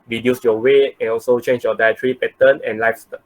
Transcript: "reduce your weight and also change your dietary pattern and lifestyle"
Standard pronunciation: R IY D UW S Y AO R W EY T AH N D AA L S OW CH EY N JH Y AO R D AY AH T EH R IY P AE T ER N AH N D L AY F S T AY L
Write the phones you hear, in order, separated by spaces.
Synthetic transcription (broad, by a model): R IY D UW S Y AO W EY AH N AA L S OW CH EY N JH Y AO D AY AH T R IY P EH T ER N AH N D L AY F S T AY